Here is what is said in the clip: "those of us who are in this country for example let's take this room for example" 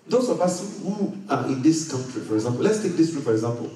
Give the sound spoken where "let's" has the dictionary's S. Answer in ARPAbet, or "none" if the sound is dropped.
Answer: S